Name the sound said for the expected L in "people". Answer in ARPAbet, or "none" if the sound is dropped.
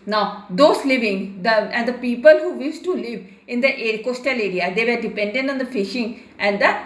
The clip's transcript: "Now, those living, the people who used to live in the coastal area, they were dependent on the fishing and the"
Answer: L